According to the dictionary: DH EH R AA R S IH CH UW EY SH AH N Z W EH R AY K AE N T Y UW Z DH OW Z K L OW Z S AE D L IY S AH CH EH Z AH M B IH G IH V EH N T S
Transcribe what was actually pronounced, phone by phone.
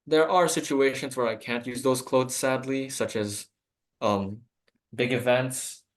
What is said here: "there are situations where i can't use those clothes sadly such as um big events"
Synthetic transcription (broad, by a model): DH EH R AA R S IH CH UW EY SH AH N Z W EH R AY K AE N T Y UW Z DH OW Z K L OW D S AE D L IY S AH CH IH Z AH M B IH G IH V EH N T S